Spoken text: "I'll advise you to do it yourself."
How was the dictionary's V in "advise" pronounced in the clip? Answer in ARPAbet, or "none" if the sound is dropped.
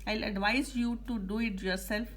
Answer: V